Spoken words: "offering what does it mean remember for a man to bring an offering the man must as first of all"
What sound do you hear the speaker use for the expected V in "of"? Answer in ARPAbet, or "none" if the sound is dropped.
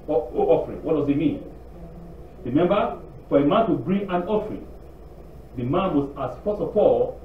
P